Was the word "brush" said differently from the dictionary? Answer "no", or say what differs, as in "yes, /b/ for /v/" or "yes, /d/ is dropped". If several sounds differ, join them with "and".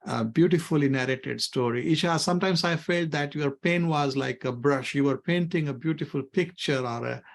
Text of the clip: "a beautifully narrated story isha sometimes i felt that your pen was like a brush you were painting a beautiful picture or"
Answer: no